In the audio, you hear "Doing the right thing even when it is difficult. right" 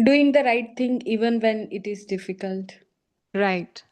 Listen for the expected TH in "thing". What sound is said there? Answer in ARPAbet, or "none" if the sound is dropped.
T